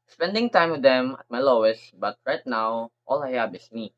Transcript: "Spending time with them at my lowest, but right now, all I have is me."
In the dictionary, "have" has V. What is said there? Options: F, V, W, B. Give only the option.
B